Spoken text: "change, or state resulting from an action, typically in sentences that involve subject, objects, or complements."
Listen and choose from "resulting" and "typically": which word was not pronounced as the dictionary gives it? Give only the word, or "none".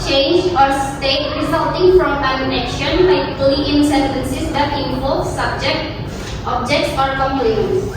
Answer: typically